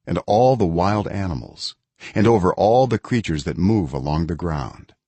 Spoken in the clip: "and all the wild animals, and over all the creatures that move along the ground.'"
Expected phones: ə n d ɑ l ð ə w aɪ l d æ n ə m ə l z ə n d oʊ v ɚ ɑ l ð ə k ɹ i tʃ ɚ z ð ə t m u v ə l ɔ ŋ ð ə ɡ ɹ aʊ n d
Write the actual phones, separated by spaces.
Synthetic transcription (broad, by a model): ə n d ɑ l ð ə w aɪ l d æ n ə m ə l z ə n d oʊ v ɚ ɑ l ð ə k ɹ i tʃ ɚ z ð ə t m u v ə l ɔ ŋ ð ə ɡ ɹ aʊ n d